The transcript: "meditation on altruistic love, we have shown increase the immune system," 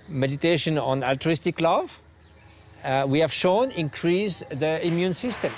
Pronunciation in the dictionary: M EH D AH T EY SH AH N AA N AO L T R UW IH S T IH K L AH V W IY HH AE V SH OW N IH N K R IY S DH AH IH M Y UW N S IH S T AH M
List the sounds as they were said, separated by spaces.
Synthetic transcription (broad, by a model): M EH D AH T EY SH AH N AA N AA L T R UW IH S T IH K L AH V W IY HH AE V SH OW N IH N K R IY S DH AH IH M Y UW N S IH S T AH M